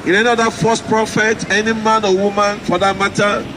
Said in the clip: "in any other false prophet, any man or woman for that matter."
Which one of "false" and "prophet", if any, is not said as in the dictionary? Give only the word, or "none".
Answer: false